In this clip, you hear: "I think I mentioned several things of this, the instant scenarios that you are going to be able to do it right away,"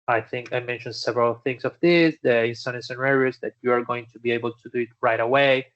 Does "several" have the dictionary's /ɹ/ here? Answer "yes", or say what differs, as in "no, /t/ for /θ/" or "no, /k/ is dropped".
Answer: yes